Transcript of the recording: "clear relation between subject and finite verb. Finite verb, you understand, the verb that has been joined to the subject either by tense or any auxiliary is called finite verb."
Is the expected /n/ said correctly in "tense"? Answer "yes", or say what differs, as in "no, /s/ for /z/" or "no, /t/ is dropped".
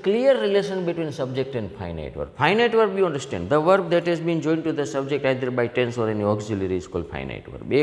yes